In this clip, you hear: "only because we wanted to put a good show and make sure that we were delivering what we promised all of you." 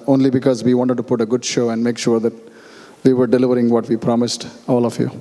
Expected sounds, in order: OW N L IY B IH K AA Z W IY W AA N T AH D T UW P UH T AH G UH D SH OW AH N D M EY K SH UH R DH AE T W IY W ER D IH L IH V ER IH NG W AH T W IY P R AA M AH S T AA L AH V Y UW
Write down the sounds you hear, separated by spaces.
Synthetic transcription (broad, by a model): OW N L IY B IH K AA Z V IY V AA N T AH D T UW P UH T AH G UH D SH OW AH N D M EY K SH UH R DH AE T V IY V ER D IH L IH V ER IH NG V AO T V IY P R AA M AH S T AA L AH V Y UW